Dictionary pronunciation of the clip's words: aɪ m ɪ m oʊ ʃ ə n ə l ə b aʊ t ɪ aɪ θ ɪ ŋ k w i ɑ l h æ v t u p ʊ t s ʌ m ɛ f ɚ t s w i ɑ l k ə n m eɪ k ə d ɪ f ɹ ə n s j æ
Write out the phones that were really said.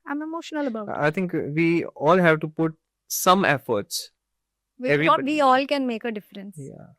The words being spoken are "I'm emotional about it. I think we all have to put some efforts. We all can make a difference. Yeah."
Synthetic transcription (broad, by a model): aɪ m ɪ m oʊ ʃ ə n ə l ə b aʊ ɪ aɪ t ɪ ŋ k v i ɑ l h æ v t u p ʊ t s ʌ m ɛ f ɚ t s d i ɑ l k ə n m eɪ k ə d ɪ f ɹ ə n s j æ